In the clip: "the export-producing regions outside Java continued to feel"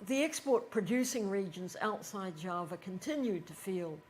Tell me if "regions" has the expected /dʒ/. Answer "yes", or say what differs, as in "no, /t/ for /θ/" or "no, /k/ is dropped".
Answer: yes